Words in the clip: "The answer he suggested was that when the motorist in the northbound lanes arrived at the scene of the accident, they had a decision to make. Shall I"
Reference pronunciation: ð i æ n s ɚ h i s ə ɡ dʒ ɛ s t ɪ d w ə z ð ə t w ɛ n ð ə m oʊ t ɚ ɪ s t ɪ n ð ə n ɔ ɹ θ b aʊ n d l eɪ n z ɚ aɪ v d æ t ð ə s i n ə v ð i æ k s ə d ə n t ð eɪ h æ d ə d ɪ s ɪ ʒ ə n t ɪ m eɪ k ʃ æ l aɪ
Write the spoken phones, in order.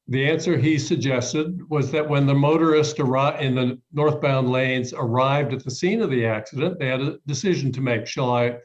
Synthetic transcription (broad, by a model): ð i æ n s ɚ i s ə ɡ dʒ ɛ s t ɪ d w ə z ð ə t w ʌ n ð ə m oʊ t ɚ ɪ s t ɪ n ð ə n ɔ ɹ θ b aʊ n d l eɪ n z ɚ aɪ v d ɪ t ð ə s i n ə v ð i æ k s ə d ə n ð eɪ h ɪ d ə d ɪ s ɪ ʒ n t ɪ m eɪ k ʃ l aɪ